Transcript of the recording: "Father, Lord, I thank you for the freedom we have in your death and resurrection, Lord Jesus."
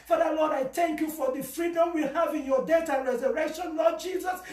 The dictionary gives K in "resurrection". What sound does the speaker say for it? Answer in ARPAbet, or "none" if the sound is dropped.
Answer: K